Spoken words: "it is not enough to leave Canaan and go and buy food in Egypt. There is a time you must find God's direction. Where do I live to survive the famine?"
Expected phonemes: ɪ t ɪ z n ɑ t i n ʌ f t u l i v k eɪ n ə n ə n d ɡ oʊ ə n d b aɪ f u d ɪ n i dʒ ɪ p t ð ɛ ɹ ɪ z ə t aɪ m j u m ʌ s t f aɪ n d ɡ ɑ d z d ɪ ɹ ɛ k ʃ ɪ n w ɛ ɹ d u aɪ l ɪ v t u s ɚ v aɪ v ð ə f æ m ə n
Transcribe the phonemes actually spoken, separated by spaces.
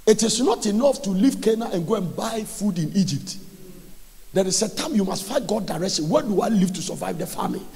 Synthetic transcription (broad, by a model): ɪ t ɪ s n ɑ t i n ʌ f t u l i v k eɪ n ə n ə n ɡ oʊ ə n b aɪ f u d ɪ n i dʒ ɪ p t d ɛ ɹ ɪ s ə t aɪ m j u m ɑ s t f aɪ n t ɡ ɑ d d ɪ ɹ ɛ k ʃ ɪ n w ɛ d u aɪ l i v t u s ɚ v aɪ v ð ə f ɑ m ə